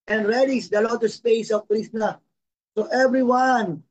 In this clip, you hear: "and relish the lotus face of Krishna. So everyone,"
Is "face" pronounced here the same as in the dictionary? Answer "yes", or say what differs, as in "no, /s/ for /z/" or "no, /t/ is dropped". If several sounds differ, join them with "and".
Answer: no, /p/ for /f/